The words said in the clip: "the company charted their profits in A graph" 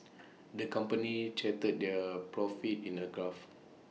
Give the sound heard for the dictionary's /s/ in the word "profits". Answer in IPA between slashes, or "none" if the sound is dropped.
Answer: none